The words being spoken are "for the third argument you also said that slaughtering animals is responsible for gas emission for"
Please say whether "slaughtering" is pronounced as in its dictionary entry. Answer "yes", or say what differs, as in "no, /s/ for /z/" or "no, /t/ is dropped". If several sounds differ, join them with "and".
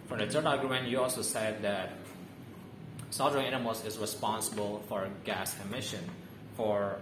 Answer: no, /l/ is dropped